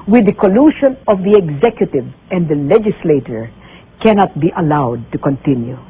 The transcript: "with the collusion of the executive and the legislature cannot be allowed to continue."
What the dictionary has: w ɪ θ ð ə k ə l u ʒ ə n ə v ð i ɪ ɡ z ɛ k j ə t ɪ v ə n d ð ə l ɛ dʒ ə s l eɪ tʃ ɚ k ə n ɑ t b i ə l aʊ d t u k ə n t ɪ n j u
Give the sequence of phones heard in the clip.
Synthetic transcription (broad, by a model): w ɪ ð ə k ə l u ʃ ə n ə v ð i ɪ ɡ z ɛ k j ə t ɪ v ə n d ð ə l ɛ dʒ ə s l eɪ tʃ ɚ k ə n ɑ t b i ə l aʊ d t u k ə n t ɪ n j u